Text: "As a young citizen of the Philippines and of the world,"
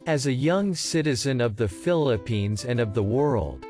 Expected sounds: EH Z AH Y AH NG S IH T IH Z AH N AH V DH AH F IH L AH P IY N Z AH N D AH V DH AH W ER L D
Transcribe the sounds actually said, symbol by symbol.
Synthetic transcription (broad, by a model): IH Z AH Y AH NG S IH T IH Z AH N AH V DH AH F IH L AH P IY N Z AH N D AH V DH AH W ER L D